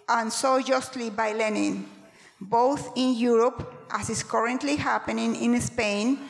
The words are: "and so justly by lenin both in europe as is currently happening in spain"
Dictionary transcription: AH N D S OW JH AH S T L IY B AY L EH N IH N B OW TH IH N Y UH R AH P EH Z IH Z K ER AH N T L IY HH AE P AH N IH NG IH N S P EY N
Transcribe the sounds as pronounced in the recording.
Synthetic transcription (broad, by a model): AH N S OW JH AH S T L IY B AY L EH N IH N B OW TH IH N Y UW R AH P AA S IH S K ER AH N T L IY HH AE P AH N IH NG IH N S P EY N